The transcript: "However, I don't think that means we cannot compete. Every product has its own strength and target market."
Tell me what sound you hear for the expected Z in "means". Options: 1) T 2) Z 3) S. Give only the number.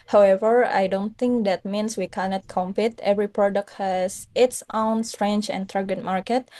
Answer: 3